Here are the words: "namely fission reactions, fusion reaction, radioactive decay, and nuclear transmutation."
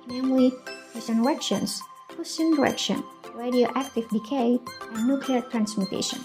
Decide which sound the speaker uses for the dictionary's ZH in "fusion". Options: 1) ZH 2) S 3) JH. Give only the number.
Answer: 2